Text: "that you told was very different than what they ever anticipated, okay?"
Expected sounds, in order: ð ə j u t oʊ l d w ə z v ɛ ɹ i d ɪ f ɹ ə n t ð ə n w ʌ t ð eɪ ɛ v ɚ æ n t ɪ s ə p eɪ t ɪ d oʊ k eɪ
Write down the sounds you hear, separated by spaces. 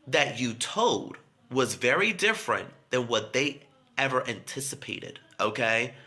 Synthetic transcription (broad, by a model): ð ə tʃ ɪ t oʊ l d w ə z v ɛ ɹ i d ɪ f ɹ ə n ð ə n w ʌ t ð eɪ ɛ v ɚ æ n t ɪ s ə p eɪ t ɪ d oʊ k eɪ